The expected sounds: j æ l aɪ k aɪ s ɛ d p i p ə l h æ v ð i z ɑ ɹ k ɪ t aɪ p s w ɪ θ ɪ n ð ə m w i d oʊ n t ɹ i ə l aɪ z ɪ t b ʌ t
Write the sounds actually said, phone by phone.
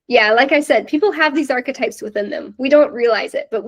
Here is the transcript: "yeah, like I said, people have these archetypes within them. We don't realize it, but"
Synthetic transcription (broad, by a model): j æ l aɪ k aɪ s ɛ d p i p l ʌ v ð i z ɑ ɹ k ɪ t aɪ p s w ɪ θ ɪ n ð ə m w i d oʊ n t ɹ i ə l aɪ z ɪ t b ʌ t